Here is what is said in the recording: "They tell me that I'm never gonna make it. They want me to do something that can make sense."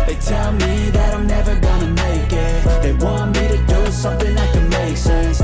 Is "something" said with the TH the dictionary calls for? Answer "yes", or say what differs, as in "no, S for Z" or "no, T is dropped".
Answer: yes